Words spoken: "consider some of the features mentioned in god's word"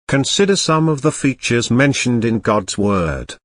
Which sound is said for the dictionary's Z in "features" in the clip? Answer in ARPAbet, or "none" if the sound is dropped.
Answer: Z